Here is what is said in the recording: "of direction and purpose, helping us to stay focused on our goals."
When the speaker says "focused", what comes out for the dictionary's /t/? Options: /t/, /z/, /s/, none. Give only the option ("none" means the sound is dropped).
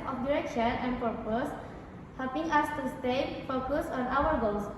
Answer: none